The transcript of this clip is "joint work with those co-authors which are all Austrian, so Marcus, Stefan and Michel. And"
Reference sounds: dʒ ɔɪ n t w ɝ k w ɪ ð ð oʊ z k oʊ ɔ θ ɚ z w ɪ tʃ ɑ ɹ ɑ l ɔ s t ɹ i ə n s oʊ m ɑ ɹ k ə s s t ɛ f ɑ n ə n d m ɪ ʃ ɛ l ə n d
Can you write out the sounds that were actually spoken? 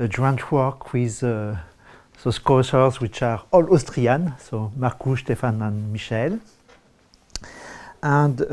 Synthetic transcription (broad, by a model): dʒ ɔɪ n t w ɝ k w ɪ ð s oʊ s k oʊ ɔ s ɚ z w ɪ tʃ ɑ ɹ ɑ l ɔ s t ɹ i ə n s oʊ m ɑ ɹ k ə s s t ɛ f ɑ n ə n m ɪ ʃ ɛ l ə n d